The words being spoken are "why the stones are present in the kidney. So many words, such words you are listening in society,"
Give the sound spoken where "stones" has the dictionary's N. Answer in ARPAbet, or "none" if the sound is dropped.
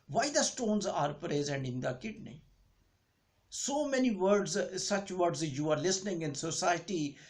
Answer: N